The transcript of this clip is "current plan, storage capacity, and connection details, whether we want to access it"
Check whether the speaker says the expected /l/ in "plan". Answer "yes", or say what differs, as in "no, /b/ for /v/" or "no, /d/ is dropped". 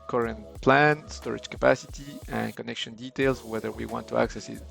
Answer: yes